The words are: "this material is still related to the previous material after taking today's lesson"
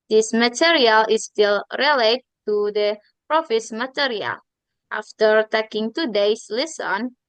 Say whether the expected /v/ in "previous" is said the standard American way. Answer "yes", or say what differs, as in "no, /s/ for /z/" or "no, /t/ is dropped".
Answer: no, /f/ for /v/